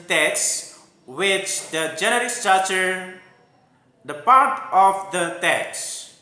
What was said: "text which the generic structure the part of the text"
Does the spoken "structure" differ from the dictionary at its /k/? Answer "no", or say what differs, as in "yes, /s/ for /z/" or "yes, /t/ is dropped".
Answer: yes, /k/ is dropped